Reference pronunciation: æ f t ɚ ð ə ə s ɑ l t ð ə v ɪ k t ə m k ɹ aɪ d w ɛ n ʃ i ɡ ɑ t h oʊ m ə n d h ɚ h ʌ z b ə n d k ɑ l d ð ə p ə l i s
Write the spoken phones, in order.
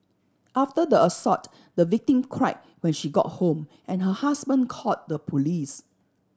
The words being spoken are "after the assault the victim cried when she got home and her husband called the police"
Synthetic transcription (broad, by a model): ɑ f t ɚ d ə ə s ɑ t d ə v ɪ k t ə m k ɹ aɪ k w ɛ n ʃ i ɡ ɑ t h oʊ m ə n h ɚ h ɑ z b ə n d k ɑ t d ə p ə l i s